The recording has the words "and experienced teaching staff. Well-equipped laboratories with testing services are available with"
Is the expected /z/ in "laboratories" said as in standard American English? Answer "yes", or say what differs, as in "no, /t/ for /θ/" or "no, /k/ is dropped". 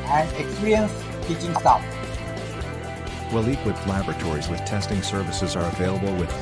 yes